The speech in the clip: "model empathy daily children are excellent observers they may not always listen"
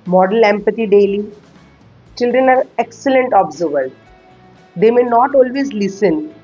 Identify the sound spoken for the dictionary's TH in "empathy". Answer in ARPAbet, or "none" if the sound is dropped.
T